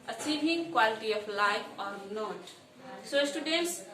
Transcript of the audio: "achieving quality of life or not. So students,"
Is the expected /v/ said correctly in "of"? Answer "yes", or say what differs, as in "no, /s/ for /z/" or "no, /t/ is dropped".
no, /p/ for /v/